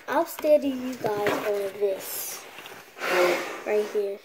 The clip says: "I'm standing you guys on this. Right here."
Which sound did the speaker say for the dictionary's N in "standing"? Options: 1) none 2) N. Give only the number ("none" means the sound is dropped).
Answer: 1